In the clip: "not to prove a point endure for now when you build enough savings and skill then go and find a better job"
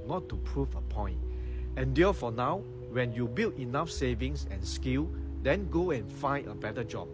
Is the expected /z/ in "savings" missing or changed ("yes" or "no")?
yes